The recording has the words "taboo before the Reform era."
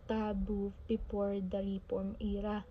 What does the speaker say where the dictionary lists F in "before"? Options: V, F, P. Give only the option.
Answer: P